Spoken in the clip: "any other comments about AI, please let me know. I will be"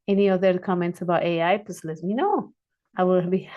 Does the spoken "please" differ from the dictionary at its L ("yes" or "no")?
yes